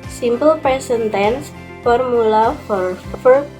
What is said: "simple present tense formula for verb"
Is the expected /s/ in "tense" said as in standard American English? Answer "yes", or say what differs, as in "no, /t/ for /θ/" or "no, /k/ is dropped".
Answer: yes